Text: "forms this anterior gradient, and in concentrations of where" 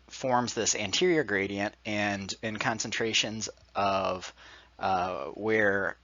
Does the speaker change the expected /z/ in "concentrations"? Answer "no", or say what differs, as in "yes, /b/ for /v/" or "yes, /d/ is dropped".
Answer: no